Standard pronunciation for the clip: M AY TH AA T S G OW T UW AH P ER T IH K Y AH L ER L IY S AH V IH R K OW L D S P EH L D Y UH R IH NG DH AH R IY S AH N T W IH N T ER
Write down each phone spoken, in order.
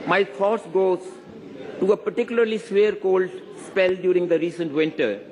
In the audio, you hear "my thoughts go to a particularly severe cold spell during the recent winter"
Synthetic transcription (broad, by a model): M AY F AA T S G OW T UW AH P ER T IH K Y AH L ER L IY S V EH R K OW L D S P EH L D Y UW R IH NG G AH R IY S AH N T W IH N T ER